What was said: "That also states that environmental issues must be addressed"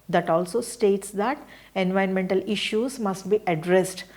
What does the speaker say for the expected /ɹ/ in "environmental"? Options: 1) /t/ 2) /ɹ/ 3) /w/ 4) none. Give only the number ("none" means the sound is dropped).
4